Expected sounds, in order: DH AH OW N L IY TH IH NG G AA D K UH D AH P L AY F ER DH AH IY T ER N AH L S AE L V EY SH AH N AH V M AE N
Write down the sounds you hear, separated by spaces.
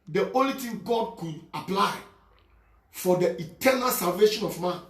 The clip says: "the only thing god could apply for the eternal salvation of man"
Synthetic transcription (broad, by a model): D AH OW N L IY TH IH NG G AA D K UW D AH P L AY F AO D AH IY T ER N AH L S AE L V EY SH AH N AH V M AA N